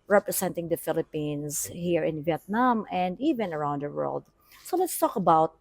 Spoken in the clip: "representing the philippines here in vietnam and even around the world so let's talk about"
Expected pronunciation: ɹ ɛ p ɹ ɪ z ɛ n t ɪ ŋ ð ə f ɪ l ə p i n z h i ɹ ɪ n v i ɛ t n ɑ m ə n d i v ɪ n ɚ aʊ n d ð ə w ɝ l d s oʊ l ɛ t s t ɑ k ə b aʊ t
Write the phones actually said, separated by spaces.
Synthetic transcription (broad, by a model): ɹ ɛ p ɹ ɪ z ɛ n t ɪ ŋ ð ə f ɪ l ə p i n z h i ɹ ɪ n v i ɛ t n ɑ m ə n d i v ɪ n ɚ aʊ n d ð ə w ɝ l d s oʊ l ɛ t s t ɑ k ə b aʊ t